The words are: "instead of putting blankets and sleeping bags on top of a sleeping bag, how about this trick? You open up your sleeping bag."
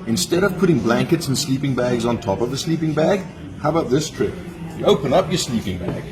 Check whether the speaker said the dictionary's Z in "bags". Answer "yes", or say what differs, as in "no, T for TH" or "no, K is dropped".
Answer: yes